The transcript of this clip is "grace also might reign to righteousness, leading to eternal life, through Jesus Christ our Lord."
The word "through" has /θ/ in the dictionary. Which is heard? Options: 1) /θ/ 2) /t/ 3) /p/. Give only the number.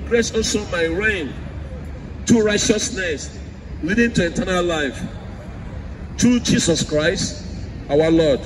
2